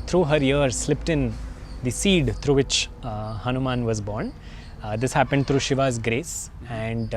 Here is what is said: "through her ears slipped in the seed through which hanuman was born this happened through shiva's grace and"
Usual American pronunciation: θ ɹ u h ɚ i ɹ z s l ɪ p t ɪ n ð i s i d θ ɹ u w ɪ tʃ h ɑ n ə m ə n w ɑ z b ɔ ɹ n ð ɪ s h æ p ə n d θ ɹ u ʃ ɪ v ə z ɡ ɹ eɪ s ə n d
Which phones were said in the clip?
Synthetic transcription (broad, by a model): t ɹ u h ɚ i ɹ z s l ɪ p t ɪ n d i s i d t ɹ u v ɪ tʃ h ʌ n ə m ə n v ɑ z b ɔ ɹ n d ɪ s h æ p ə n d t ɹ u ʃ ɪ v ə z ɡ ɹ eɪ s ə n d